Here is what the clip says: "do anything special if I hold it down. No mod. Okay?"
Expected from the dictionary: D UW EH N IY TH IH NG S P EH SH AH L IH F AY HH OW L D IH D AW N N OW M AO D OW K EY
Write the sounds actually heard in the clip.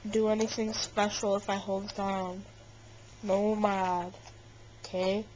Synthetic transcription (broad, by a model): D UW EH N IY TH IH NG S P EH SH L IH F AY HH OW L D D AW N N OW M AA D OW K EY